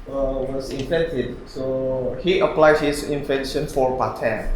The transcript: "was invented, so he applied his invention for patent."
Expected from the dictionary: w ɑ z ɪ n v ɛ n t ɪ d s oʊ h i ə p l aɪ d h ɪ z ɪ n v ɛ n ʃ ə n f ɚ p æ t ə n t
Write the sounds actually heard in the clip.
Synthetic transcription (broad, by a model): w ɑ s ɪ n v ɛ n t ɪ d s oʊ h i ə p l aɪ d h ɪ s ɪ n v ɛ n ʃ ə n f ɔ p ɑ t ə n